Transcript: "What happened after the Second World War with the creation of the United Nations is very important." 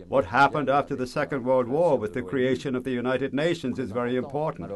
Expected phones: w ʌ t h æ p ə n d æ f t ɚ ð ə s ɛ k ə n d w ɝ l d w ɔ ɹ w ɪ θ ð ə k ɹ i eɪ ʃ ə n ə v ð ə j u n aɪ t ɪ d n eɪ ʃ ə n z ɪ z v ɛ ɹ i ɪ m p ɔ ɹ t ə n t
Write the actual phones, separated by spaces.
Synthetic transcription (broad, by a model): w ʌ t h æ p ə n d æ f t ɚ ð ə s ɛ k ə n d w ɝ l d w ɔ ɹ w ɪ ð ə k ɹ i eɪ ʃ ə n ə v ð ə j u n aɪ t ɪ d n eɪ ʃ ə n z ɪ z v ɛ ɹ i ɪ m p ɔ ɹ t n t